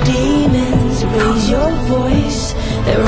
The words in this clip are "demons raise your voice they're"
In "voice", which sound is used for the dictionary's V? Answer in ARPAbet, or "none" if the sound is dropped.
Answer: V